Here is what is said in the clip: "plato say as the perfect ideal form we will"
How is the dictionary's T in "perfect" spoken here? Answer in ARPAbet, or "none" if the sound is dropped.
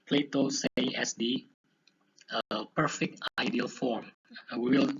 T